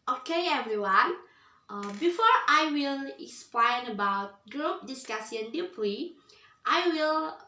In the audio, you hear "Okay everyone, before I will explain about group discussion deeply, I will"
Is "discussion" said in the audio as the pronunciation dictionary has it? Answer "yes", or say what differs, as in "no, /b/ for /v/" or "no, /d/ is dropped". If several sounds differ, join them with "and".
no, /s/ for /ʃ/